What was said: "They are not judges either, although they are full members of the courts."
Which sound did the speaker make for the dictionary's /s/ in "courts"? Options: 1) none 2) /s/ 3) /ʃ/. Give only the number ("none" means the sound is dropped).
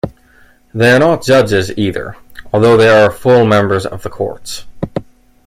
2